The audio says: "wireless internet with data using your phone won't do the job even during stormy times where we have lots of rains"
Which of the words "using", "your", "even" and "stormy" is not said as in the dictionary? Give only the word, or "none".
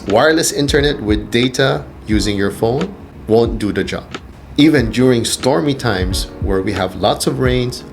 none